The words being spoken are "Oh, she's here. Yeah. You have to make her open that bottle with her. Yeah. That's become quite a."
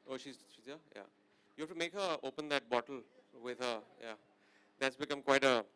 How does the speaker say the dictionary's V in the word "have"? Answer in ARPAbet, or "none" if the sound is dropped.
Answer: F